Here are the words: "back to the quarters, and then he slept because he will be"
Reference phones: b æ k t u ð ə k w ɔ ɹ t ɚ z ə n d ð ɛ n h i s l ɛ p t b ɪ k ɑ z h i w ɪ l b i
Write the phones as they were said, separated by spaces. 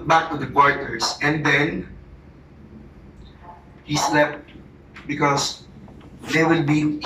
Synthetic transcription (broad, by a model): b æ k t u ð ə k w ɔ ɹ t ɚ s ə n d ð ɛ n h i s l ɛ p t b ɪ k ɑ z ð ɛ w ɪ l b i